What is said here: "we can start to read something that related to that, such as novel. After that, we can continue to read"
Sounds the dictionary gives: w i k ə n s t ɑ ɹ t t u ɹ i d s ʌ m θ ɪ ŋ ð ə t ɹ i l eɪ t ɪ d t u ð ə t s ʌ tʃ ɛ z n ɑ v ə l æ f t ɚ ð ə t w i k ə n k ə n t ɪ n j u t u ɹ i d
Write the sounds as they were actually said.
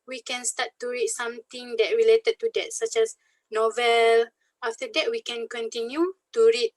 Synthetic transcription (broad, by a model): w i k ə n s t ɑ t t u ɹ i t s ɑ m t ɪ ŋ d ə t ɹ i l eɪ t ɪ d t u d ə t s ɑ tʃ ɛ s n ɑ v ə l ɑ f t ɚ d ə t w i k ə n k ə n t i n j u t u ɹ i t